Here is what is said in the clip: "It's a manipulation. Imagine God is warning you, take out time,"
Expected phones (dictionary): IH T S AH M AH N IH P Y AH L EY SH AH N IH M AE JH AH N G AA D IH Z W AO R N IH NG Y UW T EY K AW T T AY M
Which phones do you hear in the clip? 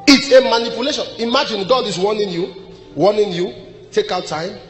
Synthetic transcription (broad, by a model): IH T S AH M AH N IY P Y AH L EY SH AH N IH M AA JH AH N G AA D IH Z W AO W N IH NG Y UW T EY K AW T T AY M